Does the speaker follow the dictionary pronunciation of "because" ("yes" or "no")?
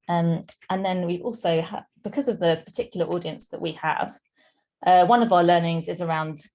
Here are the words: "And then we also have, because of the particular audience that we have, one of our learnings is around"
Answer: yes